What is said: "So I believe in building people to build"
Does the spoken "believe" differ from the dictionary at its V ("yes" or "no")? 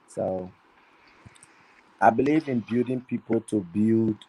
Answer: no